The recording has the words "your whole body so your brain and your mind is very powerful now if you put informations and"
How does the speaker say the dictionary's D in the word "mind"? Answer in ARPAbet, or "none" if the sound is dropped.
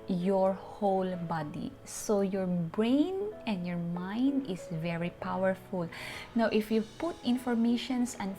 D